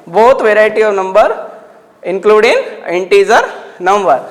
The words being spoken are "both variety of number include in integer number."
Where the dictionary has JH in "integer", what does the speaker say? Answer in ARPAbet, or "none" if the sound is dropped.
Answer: Z